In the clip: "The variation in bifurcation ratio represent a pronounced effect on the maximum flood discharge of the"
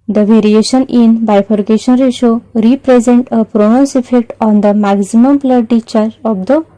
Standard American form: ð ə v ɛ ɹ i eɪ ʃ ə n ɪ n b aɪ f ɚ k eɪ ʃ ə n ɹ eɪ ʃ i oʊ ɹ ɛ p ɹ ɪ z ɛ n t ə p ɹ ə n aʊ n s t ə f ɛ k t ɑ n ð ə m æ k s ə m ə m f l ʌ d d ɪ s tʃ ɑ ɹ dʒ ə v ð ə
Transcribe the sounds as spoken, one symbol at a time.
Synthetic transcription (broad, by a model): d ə v ɛ ɹ i eɪ ʃ ə n ɪ n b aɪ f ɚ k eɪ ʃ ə n ɹ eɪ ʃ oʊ ɹ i p ɹ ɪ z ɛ n t ə p ɹ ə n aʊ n s ə f ɛ k t ɑ n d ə m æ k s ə m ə m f l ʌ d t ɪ tʃ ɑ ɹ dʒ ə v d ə